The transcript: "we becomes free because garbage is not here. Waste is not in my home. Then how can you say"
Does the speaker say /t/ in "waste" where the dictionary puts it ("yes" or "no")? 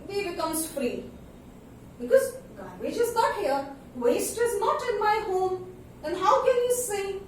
yes